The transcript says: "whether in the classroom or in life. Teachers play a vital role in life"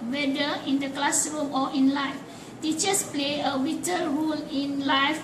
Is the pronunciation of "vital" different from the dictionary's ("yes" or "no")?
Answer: yes